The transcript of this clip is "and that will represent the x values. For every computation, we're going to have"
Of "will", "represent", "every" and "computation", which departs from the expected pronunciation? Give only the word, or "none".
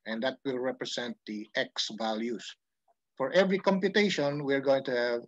represent